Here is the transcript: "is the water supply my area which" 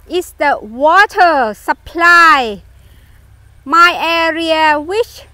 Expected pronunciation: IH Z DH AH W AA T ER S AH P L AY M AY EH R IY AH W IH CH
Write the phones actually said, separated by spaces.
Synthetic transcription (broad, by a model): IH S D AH W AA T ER S AH P L AY M AY EH R IY AH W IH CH